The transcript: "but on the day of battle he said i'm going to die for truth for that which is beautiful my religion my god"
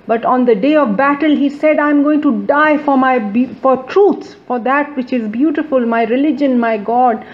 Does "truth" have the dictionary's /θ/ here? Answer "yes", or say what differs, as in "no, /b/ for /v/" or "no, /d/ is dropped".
no, /s/ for /θ/